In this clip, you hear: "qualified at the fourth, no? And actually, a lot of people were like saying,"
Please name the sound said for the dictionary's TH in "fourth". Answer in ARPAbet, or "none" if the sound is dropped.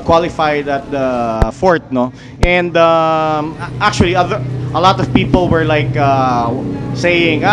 T